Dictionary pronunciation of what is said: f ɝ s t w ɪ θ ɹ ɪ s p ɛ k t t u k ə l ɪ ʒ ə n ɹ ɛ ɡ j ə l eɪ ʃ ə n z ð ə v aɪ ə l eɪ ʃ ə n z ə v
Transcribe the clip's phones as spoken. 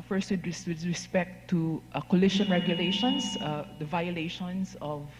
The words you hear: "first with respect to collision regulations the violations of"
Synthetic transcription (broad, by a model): f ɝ s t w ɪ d ɹ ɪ s p ɛ k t t u k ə l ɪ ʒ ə n ɹ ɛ ɡ j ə l eɪ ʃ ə n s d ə v aɪ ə l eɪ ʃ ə n s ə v